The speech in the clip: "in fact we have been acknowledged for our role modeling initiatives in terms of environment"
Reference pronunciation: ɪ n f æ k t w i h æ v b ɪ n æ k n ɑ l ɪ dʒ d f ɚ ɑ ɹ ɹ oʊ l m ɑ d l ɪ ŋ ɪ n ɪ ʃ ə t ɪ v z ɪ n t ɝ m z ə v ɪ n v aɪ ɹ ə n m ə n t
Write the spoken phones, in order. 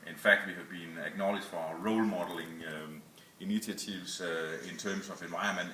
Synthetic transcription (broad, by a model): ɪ n f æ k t w i h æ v b ɪ n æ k n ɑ l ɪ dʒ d f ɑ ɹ ɹ oʊ l m ɑ d l ɪ ŋ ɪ n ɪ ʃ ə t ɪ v s ɪ n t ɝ m s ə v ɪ n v aɪ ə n m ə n